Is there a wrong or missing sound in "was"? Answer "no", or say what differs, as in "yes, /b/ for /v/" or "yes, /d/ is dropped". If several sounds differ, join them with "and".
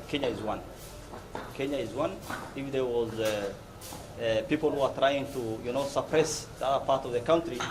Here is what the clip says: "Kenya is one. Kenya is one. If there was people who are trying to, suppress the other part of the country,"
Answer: no